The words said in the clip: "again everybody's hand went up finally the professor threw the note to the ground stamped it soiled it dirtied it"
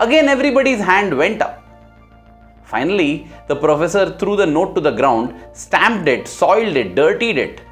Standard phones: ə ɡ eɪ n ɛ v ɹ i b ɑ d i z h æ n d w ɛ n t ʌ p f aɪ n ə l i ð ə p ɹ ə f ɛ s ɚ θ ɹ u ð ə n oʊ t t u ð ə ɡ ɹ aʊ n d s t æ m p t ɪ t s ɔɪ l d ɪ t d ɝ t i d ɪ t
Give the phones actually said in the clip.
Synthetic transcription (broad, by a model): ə ɡ eɪ n ɛ v ɹ i b ɑ d i z h æ n d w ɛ n t ʌ p f aɪ n ə l i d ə p ɹ ə f ɛ s ɚ t ɹ u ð ə n oʊ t t u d ə ɡ ɹ aʊ n d s t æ m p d ɪ t s ɔɪ l d ɪ t d ɝ t i d ɪ t